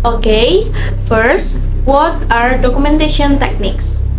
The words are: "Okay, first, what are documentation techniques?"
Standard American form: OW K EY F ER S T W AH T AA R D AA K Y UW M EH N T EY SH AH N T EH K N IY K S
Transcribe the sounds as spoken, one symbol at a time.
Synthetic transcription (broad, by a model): OW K EY F ER S T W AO T AA R D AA K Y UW M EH N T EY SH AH N T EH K N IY K S